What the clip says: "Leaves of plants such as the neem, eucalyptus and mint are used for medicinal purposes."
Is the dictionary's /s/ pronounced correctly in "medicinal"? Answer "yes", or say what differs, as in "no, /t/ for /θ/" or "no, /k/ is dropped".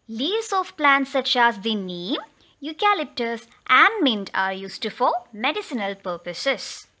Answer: yes